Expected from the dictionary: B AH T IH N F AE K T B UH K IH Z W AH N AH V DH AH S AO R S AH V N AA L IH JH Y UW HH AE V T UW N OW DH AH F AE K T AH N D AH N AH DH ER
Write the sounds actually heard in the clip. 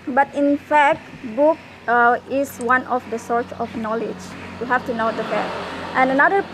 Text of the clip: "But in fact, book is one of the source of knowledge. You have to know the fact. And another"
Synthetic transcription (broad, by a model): B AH T IH N F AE K T B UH K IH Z W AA N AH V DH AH S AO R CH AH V N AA L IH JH Y UW HH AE F T UW N OW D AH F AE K T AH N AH N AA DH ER